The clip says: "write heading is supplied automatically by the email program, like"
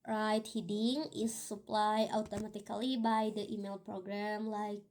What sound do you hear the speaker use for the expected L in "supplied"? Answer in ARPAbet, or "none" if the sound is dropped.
L